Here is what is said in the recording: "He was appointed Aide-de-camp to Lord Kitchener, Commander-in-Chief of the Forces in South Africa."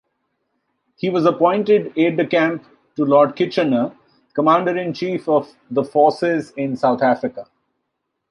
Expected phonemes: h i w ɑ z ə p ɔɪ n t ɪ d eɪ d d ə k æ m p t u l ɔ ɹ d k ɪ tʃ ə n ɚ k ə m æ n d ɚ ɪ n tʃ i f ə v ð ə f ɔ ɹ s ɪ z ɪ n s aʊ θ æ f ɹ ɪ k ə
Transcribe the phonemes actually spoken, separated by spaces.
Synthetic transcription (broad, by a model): h i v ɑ z ə p ɔɪ n t ɪ d eɪ d d ə k æ m p t u l ɔ ɹ d k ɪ tʃ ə n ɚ k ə m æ n d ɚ ɪ n tʃ i f ə v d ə f ɔ ɹ s ɪ z ɪ n s aʊ t æ f ɹ ɪ k ə